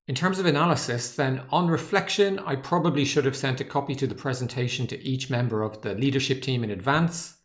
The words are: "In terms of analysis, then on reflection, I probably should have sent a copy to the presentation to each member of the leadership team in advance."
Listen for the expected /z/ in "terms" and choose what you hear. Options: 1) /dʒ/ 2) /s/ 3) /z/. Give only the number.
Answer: 3